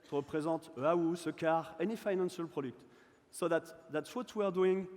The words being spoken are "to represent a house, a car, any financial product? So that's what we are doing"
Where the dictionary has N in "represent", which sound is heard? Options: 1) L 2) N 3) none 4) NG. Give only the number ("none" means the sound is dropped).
3